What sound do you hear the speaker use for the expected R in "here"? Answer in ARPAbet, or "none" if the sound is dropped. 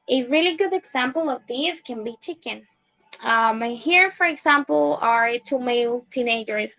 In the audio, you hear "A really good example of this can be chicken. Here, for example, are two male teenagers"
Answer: R